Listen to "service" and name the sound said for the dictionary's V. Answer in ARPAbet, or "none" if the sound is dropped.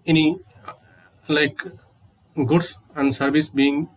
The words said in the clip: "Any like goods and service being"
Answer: B